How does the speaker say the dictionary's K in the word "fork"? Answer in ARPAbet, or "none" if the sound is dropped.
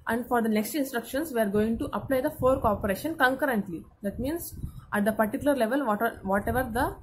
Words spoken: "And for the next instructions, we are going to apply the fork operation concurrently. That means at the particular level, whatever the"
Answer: K